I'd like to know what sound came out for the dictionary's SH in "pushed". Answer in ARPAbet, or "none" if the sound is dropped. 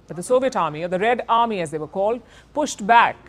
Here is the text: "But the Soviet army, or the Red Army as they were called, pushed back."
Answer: SH